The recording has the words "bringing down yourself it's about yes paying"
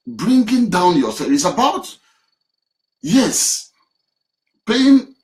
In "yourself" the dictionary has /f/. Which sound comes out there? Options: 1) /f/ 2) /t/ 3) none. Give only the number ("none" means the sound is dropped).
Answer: 3